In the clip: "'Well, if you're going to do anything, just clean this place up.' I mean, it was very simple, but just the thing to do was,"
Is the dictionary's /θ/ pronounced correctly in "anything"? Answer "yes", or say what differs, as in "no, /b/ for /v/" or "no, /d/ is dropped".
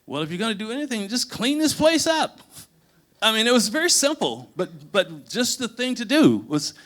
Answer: yes